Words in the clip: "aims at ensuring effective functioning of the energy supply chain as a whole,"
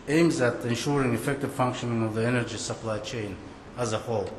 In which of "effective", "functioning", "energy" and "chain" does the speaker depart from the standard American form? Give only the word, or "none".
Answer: none